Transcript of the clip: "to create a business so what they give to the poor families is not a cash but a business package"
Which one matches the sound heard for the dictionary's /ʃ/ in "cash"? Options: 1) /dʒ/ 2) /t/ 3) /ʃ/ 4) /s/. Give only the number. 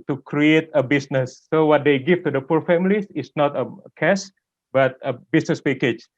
4